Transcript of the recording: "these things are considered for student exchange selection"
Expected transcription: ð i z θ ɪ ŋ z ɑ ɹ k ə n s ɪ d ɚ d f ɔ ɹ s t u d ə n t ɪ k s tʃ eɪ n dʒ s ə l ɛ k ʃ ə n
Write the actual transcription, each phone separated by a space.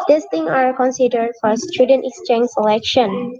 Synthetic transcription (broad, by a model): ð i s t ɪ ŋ ɑ ɹ k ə n s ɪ d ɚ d f ɔ ɹ s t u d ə n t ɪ k s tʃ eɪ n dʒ s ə l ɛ k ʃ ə n